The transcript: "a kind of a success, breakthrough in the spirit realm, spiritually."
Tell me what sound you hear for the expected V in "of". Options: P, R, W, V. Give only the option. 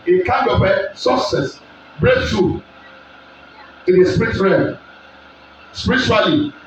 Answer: P